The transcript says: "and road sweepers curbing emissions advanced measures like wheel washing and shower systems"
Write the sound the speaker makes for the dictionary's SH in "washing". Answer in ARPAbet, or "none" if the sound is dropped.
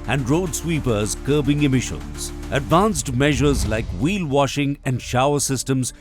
SH